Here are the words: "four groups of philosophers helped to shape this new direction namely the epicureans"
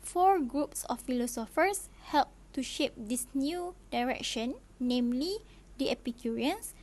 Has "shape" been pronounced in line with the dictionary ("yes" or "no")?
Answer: yes